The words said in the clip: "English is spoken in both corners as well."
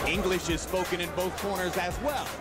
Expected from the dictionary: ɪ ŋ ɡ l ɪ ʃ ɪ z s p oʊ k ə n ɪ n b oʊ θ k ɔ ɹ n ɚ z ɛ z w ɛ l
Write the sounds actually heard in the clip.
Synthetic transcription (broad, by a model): ɪ ŋ ɡ l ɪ ʃ ɪ z s p oʊ k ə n ɪ n b oʊ θ k ɔ ɹ n ɚ z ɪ z w ɛ l